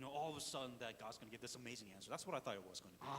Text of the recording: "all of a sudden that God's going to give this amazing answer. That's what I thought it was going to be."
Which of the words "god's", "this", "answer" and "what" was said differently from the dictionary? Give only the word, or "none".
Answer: none